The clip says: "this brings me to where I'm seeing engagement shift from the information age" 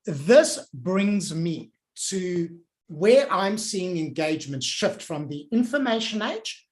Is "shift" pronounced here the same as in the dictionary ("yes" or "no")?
yes